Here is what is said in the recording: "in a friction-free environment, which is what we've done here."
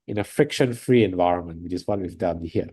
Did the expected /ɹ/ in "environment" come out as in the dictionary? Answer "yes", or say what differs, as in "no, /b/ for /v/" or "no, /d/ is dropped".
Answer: yes